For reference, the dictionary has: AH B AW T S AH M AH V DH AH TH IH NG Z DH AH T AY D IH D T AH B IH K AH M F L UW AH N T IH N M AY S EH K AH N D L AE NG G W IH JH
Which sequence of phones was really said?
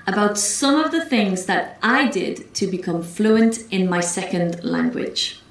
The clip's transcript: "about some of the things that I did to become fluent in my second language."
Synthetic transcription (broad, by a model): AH B AW T S AH M AH V DH AH TH IH NG Z DH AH T AY D IH D T AH B IH K AH M F L UW AH N T IH N M AY S EH K AH N D L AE NG G W IH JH